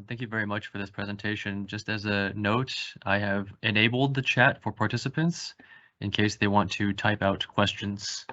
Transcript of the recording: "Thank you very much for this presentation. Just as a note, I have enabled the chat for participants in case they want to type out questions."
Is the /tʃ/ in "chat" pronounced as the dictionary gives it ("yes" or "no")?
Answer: yes